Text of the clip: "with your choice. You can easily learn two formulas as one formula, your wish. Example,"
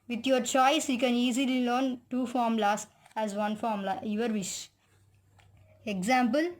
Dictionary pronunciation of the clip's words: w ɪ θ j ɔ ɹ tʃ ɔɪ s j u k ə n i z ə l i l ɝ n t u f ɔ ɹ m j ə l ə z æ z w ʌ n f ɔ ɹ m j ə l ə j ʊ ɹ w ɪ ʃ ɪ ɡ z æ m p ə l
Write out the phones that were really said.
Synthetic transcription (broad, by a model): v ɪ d j ɔ ɹ tʃ ɔɪ s j u k ə n i z ə l i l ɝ n t u f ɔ ɹ m l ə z æ z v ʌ n f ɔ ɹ m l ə ə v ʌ ɹ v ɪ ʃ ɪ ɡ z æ m p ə l